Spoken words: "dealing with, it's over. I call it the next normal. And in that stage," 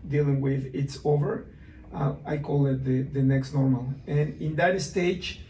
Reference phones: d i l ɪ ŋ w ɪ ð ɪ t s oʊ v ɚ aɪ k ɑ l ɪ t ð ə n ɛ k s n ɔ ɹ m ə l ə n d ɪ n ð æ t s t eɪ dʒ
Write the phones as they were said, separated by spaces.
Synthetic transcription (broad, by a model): d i l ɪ ŋ w ɪ ð ɪ t s oʊ v ɚ aɪ k ɑ l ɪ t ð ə n ɛ k s n ɔ ɹ m ə l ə n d ɪ n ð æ t s t eɪ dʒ